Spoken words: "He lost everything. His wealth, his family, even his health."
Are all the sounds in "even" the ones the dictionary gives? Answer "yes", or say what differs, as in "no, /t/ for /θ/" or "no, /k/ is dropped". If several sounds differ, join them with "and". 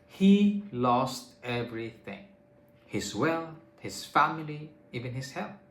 yes